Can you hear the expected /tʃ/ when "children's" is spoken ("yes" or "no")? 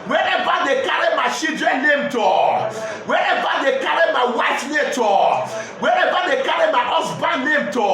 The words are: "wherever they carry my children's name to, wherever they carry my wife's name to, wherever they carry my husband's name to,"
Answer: no